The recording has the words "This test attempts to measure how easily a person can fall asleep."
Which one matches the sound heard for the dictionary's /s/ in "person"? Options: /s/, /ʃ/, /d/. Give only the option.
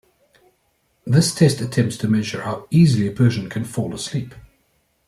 /ʃ/